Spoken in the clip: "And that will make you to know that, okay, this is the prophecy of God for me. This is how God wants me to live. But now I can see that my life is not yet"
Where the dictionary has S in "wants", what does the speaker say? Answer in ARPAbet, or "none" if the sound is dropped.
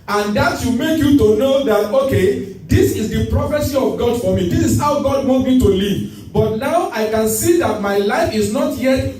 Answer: none